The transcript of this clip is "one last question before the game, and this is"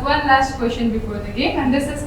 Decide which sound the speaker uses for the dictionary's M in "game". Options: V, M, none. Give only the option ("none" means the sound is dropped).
none